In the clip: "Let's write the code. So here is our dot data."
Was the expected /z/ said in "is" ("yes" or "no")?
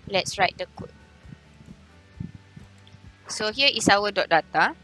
no